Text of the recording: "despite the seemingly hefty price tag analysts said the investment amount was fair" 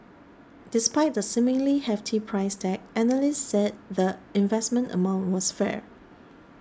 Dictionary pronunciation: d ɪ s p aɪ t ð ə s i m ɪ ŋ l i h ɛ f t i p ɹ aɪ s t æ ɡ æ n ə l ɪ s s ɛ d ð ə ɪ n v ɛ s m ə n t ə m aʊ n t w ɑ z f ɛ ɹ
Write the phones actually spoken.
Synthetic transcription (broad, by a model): d ɪ s p aɪ t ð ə s i m ɪ ŋ l i h ɛ f t i p ɹ aɪ s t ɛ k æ n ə l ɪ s s ɛ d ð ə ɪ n v ɛ s m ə n t ə m aʊ n t w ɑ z f ɛ ɹ